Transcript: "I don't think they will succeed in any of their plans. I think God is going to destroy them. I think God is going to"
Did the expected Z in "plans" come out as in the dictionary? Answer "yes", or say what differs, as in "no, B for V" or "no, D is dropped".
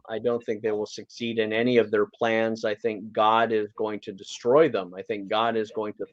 yes